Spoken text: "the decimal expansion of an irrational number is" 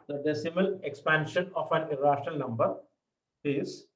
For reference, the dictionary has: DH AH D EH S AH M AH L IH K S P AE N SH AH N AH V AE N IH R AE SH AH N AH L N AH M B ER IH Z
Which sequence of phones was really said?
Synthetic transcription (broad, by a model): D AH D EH S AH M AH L IH K S P AE N SH AH N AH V AE N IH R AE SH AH N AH L N AH M B ER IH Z